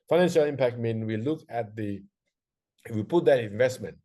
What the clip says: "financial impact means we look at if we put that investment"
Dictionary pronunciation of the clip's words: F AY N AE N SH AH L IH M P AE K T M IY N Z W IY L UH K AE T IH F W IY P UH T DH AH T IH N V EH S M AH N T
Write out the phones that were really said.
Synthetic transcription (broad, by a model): F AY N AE N SH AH L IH M P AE K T M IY N W IY L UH K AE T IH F W IY P UH T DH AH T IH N V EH S M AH N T